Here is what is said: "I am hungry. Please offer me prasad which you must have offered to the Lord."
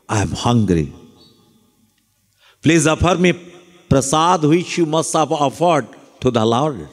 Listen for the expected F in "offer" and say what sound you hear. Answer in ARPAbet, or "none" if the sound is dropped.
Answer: P